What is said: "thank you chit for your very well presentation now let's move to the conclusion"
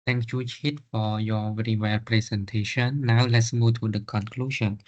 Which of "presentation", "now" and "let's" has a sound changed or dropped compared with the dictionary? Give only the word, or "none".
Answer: presentation